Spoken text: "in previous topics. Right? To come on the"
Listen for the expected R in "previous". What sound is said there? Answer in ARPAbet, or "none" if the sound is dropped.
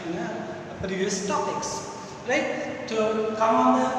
none